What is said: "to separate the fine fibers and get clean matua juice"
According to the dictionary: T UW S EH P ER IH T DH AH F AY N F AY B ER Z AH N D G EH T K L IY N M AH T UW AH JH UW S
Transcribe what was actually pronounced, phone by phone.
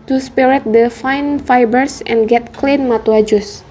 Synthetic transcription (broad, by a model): T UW S P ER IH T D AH F AY N F AY B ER S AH N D G EH T K L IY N M AH T UW AH JH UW S